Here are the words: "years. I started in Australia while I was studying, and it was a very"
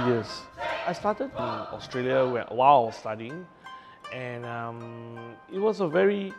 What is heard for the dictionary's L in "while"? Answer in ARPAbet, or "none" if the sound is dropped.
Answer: N